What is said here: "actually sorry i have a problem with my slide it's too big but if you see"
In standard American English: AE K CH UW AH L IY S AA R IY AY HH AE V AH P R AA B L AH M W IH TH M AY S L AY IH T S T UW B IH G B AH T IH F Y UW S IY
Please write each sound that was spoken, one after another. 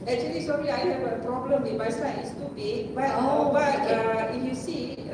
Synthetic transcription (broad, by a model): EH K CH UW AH L IY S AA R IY AY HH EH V AH P R AA B L AH M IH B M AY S AY IH T S T UW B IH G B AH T IH F Y UW S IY